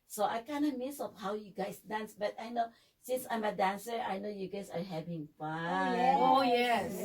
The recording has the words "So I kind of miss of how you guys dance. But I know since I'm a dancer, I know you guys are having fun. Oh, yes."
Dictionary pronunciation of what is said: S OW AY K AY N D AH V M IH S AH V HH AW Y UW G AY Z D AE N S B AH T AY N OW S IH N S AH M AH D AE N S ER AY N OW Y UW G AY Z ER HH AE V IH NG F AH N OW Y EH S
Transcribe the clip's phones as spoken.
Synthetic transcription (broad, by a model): S OW AY K AY N D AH M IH S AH F HH AW Y UW G AY S D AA N S B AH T AY N OW S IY N S AH M AH D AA N S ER AY N OW Y UW G AY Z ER HH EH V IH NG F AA OW Y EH S